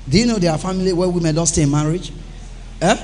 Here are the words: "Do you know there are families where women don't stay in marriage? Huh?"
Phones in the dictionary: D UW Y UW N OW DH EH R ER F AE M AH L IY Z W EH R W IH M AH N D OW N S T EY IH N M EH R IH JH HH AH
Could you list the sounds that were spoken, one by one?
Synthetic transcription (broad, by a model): D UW Y UW N OW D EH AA F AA M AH L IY W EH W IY M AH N D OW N S T EY IH N M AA R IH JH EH